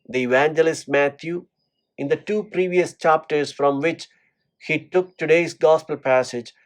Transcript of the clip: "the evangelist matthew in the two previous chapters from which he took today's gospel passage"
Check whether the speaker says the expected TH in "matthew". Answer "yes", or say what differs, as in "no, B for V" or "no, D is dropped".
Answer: no, T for TH